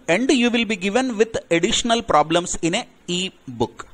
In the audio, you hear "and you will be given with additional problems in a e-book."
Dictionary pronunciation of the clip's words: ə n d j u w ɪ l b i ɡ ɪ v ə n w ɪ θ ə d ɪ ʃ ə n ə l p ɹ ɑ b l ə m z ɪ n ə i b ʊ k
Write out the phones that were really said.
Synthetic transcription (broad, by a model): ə n d j u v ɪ l b i ɡ ɪ v ə n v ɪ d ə d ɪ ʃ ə n ə l p ɹ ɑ b l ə m s ɪ n ə i b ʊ k